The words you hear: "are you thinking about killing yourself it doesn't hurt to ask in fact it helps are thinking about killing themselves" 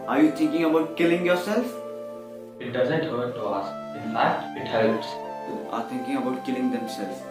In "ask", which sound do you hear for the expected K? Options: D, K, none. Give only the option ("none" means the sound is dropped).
none